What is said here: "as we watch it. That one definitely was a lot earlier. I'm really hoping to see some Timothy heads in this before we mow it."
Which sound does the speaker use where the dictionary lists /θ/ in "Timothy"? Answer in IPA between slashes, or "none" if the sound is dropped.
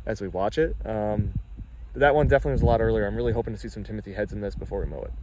/θ/